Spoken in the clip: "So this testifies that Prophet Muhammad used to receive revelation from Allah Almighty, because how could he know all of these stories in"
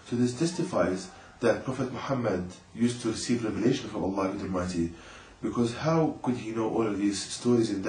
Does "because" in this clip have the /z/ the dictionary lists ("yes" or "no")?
yes